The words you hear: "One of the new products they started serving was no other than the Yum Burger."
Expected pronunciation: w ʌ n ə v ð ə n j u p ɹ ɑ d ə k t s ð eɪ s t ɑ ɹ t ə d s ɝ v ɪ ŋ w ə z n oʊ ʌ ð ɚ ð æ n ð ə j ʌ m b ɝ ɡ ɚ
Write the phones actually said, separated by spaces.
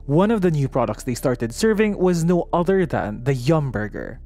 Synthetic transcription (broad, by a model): w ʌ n ə v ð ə n j u p ɹ ɑ d ə k t s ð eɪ s t ɑ ɹ t ə d s ɝ v ɪ ŋ w ə z n oʊ ʌ ð ɚ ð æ n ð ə j ʌ m b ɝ ɡ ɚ